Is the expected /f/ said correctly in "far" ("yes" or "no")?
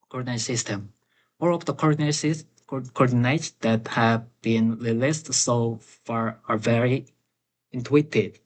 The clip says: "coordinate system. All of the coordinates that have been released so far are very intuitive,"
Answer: yes